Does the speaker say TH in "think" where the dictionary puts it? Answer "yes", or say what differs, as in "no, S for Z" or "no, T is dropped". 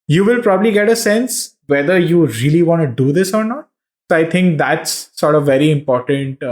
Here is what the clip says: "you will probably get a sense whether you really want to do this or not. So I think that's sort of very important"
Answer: no, T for TH